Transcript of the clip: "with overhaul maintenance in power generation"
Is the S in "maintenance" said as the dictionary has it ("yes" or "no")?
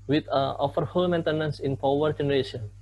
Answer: yes